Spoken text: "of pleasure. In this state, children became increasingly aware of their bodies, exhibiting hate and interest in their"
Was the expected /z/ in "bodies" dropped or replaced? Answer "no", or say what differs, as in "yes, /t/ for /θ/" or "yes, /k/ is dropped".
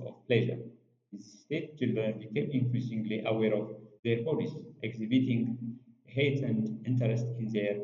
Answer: yes, /s/ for /z/